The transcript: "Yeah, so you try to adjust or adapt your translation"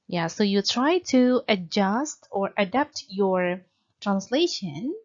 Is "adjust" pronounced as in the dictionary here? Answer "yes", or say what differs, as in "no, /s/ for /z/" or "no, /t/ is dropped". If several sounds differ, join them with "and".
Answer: yes